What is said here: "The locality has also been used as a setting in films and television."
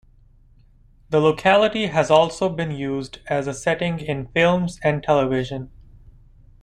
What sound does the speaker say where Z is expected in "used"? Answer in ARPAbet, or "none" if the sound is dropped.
Z